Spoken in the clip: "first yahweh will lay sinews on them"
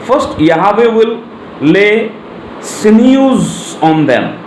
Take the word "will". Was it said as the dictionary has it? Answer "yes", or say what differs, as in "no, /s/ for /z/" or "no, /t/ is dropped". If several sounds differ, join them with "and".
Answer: no, /w/ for /l/